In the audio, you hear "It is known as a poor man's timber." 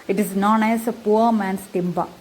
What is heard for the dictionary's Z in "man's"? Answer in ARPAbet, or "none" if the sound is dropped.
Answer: S